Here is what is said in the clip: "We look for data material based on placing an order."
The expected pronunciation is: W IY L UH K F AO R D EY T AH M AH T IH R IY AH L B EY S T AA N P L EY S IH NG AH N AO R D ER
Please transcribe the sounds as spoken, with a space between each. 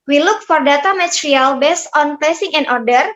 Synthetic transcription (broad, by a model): W IY L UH K F AO R D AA T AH M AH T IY R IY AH L B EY S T AA N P EY S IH NG AH N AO R D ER